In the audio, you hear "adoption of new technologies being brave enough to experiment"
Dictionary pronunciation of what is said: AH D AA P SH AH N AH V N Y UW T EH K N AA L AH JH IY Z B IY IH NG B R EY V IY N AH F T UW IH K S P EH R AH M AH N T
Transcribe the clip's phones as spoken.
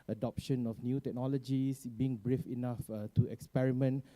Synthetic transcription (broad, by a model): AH D AA P SH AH N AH F N Y UW T EH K N AA L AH JH IY S B IY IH NG B R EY F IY N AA F T UW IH K S P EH R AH M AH N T